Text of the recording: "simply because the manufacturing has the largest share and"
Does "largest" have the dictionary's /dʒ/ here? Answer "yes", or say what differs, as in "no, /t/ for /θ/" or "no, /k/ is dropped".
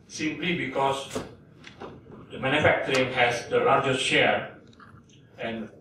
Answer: yes